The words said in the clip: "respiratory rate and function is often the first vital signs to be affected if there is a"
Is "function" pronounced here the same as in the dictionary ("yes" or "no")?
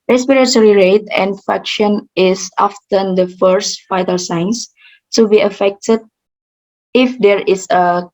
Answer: no